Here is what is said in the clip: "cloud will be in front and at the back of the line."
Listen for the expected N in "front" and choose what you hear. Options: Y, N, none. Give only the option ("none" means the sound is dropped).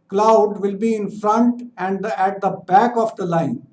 N